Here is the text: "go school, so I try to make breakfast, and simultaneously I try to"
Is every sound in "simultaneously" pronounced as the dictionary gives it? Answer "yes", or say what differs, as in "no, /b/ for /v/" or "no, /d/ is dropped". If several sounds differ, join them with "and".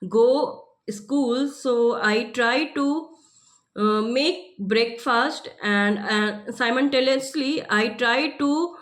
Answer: no, /n/ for /l/ and /l/ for /n/